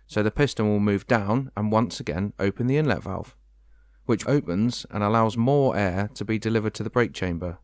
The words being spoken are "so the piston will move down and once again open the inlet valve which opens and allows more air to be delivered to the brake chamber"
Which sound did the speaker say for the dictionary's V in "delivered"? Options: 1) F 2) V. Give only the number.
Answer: 2